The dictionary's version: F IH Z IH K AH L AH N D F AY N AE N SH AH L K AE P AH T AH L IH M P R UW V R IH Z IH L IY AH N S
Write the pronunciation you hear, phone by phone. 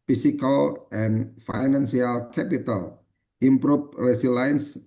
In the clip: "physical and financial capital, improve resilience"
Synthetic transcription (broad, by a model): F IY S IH K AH L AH N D F AY N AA N S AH L K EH P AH T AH L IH M P R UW P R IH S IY L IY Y N S